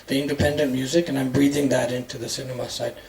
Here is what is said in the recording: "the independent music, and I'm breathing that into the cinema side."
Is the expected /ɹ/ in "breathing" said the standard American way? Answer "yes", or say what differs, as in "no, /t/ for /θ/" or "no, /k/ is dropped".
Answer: yes